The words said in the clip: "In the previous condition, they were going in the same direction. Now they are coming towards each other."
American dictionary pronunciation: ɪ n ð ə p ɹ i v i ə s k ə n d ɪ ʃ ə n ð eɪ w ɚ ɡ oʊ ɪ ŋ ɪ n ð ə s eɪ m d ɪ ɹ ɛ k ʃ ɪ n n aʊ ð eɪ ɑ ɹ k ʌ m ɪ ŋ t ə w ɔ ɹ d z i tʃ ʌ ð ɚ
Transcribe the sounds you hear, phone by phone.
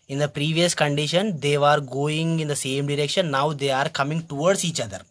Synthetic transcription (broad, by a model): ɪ n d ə p ɹ i v i ə s k ə n d ɪ ʃ ə n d eɪ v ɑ ɡ oʊ ɪ ŋ ɪ n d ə s eɪ m d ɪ ɹ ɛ k ʃ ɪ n n aʊ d eɪ ɑ ɹ k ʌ m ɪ ŋ t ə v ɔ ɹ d s i tʃ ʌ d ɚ